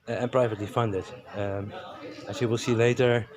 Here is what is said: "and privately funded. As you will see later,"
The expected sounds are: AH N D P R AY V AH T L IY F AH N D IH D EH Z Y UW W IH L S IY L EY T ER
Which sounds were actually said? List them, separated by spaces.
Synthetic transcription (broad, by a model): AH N P R AY V AH T L IY F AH N D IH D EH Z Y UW W IH L S IY L EY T ER